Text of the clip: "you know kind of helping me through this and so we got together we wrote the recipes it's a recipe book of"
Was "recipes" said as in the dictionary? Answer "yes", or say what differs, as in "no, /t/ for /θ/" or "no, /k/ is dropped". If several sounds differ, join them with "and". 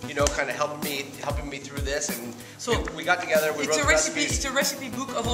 no, /z/ is dropped